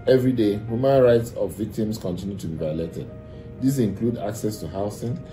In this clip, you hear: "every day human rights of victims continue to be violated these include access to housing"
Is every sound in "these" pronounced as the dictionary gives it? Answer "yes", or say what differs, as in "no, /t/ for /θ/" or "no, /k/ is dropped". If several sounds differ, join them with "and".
no, /s/ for /z/